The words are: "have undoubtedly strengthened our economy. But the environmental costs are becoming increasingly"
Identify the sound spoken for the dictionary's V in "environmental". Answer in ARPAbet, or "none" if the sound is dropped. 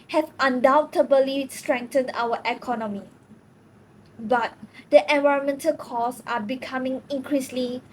V